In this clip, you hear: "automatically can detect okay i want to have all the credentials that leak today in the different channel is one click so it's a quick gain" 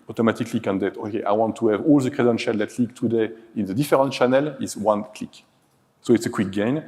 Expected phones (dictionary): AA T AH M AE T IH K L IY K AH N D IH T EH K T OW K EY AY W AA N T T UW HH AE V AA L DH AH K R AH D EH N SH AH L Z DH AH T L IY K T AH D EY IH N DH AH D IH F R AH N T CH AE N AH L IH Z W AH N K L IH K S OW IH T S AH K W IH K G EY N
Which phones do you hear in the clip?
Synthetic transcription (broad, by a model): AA T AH M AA T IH K L IY K AH N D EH T OW K EY AY W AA N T T UW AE V AA L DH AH K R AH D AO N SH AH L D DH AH T L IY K T AH D EY IH N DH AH D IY F R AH N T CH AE N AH L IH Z W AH N K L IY K S OW IH T S AH K W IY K G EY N